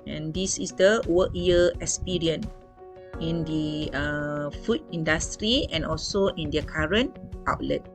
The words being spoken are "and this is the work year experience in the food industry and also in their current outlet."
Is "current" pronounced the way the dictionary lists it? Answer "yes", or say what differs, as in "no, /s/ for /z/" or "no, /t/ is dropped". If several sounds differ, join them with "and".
yes